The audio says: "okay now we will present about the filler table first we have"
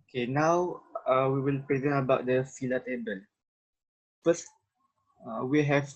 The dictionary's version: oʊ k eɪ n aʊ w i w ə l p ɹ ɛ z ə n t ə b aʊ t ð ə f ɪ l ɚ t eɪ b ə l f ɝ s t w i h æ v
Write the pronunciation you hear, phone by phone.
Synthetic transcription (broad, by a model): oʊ k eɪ n aʊ w i w ə l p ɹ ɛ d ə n ə b aʊ t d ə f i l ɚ t eɪ b ə l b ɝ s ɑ w i h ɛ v